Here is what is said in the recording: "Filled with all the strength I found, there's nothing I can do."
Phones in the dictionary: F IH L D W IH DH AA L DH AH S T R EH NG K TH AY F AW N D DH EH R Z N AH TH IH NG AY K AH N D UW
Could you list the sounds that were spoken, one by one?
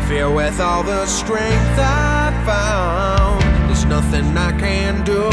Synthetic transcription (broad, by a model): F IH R W IH DH AA L DH AH S T R EH NG K TH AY F AW N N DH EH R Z N AH TH IH NG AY K AH N D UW